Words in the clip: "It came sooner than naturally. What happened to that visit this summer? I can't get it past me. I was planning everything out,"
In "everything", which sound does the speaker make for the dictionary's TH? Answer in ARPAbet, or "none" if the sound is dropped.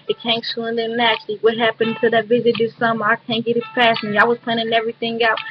TH